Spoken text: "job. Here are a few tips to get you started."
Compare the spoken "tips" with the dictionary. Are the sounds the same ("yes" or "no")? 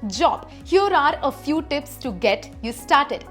yes